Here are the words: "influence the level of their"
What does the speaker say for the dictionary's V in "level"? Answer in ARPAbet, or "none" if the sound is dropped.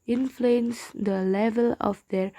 V